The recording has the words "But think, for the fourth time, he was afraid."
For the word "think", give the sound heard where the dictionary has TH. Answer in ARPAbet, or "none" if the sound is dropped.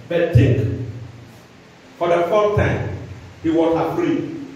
T